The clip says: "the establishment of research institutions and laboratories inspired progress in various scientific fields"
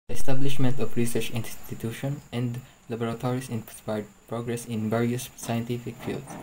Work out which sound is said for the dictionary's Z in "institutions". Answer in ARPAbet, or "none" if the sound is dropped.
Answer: none